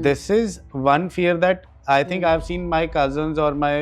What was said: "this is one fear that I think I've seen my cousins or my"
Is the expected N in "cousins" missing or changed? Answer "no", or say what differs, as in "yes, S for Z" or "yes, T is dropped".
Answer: no